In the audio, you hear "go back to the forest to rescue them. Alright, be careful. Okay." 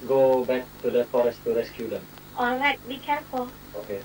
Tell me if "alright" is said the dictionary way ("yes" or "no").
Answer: yes